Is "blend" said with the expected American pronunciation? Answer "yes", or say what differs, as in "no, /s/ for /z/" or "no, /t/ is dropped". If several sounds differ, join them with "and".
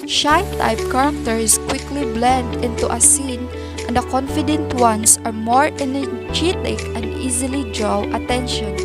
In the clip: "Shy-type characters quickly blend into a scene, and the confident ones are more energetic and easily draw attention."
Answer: yes